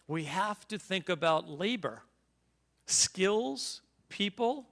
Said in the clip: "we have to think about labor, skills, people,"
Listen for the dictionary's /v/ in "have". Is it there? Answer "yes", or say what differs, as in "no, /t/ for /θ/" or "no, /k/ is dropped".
no, /f/ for /v/